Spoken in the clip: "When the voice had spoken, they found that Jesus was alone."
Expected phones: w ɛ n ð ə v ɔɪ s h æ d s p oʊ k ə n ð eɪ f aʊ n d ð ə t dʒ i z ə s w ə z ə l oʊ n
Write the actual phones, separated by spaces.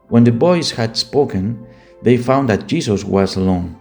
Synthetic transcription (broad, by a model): w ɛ n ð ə b ɔɪ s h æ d s p oʊ k ə n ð eɪ f aʊ n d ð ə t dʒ i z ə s w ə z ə l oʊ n